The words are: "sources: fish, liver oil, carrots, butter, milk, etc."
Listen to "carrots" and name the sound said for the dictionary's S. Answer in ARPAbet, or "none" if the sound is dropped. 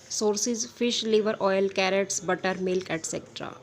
S